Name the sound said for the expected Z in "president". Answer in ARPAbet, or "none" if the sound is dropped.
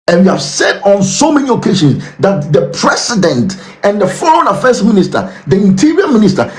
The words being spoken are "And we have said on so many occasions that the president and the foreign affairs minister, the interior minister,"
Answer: S